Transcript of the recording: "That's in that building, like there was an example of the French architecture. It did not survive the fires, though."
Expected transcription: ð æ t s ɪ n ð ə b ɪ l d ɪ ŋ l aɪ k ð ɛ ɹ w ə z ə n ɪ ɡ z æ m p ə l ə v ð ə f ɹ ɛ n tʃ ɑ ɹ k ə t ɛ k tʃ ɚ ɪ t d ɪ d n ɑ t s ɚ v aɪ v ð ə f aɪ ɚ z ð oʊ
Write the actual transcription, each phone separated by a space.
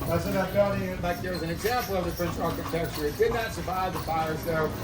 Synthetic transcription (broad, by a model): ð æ t s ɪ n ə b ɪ d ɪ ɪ l aɪ k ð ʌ ɹ w ə z ə n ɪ ɡ z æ m p l ə v ð ə p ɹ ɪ n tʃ ɑ ɹ k ə t ɛ k tʃ ɚ ɪ t d ɪ d n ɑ t s ɚ v aɪ v ð ə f aɪ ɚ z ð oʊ